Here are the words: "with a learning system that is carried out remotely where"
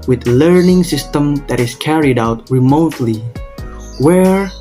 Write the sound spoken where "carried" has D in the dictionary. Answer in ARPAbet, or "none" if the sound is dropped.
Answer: D